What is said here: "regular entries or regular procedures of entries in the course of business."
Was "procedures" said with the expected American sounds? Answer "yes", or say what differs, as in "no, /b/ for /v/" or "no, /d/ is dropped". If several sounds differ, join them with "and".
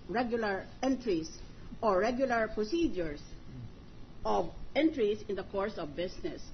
no, /s/ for /z/